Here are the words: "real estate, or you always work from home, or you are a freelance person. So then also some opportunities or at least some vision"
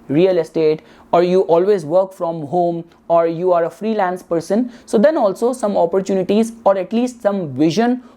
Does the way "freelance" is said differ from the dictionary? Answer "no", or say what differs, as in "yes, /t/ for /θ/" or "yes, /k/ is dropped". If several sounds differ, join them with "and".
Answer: no